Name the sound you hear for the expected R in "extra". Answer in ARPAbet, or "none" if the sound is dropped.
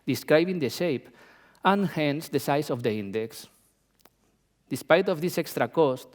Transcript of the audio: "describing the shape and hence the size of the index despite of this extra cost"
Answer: R